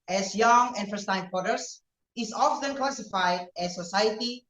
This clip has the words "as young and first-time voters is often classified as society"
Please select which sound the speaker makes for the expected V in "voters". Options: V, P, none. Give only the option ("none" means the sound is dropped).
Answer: P